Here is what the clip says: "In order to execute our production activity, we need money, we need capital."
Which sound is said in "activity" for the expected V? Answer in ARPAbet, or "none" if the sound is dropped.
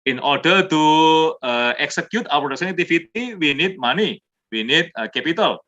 F